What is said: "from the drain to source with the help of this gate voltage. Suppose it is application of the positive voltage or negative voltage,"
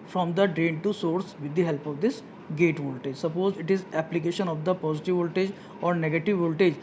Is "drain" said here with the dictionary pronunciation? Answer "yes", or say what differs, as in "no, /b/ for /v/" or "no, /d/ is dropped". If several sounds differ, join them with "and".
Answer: yes